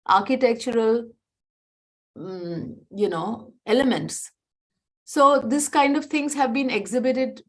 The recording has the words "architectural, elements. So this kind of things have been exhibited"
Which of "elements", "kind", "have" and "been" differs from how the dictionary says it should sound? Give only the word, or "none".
none